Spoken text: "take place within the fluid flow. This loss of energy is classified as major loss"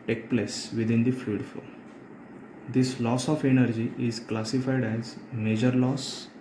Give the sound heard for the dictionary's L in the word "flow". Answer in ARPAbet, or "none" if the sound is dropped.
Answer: none